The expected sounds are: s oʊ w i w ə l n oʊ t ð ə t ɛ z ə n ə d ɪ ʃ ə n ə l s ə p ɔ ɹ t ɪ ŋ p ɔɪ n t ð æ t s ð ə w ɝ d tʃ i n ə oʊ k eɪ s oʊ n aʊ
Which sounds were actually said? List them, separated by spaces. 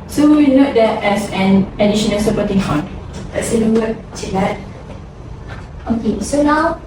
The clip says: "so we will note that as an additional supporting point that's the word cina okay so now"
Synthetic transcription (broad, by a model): s oʊ w i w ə n oʊ t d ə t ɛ s ə n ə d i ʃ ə n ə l s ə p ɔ t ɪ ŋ f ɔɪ n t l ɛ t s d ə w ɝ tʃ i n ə oʊ k eɪ s oʊ n aʊ